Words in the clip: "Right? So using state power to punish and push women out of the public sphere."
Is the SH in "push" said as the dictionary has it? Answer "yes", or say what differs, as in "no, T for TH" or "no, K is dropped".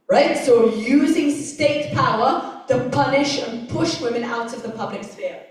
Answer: yes